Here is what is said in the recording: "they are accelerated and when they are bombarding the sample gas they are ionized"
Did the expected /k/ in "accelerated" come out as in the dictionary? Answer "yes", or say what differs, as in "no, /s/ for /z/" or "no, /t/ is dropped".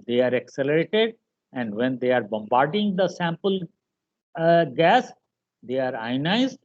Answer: yes